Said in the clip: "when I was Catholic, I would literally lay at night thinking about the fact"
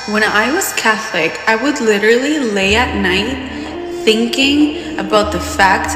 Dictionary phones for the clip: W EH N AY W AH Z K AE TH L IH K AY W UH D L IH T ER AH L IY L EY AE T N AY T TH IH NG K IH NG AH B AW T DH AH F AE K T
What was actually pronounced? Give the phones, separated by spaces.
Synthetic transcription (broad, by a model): W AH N AY W AH Z K AE TH L IH K AY W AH D L IH T ER L IY L EY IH T N AY T TH IH NG K IH NG AH B AW T DH AH F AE K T